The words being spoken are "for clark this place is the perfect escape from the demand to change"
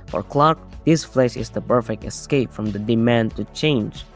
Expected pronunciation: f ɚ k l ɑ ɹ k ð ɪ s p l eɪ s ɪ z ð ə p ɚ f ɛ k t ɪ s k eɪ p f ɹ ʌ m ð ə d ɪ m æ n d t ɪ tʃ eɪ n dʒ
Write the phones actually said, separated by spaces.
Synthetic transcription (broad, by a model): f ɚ k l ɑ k ð ɪ s f l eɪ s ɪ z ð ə p ɚ f ɛ k t ɪ s k eɪ p f ɹ ʌ m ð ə d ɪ m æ n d t ɪ tʃ eɪ n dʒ